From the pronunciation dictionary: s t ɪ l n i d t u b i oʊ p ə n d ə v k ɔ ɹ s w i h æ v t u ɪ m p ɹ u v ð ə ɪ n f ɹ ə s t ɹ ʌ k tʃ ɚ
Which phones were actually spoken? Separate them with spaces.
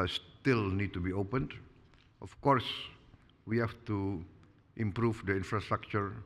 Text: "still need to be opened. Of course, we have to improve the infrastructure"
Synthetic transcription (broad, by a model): s t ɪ l n i d t u b i oʊ p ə n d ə f k ɔ ɹ s w i h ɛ f t u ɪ m p ɹ u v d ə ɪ n f ɹ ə s t ɹ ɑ k tʃ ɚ